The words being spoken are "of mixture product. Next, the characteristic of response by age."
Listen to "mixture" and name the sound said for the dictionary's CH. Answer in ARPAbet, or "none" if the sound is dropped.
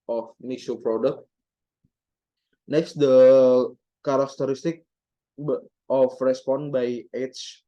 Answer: none